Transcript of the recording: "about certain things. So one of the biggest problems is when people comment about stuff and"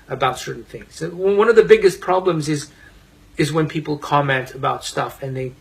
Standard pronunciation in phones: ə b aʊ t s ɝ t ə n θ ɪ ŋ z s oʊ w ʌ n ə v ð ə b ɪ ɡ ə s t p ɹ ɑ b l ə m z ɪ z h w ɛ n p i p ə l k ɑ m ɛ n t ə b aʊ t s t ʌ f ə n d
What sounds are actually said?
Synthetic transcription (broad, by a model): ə b aʊ t s ɝ t n θ ɪ ŋ z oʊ w ʌ n ə v ð ə b ɪ ɡ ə s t p ɹ ɑ b l ə m z ɪ z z w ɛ n p i p l k ɑ m ɛ n t ə b aʊ t s t ʌ f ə n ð